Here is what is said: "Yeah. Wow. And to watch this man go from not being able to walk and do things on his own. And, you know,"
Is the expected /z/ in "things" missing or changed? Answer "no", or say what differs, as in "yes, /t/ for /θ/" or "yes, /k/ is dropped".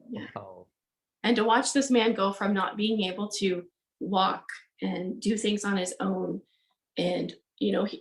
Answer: no